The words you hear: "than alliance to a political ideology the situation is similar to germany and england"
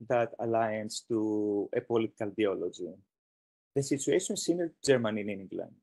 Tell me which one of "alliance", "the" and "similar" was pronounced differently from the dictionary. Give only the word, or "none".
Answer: similar